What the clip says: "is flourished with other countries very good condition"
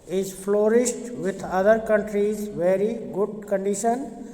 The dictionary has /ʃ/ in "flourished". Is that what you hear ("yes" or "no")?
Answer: no